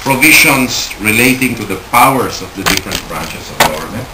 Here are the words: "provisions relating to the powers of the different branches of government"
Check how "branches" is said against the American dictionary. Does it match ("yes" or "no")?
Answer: no